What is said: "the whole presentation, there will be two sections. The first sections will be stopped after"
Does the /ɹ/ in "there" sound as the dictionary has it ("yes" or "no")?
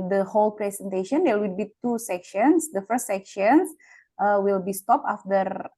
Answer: no